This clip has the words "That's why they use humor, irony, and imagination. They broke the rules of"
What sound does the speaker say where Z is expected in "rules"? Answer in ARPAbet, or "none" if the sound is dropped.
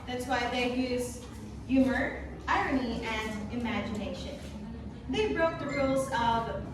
Z